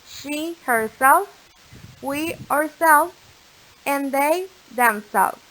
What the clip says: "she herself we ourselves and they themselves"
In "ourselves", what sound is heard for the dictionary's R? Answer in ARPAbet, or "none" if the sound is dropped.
R